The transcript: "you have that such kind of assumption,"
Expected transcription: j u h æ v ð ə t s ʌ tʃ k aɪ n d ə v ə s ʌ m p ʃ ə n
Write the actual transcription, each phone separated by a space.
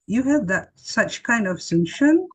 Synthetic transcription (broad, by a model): j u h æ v ð ə t s ʌ tʃ k aɪ n d ə v s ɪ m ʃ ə n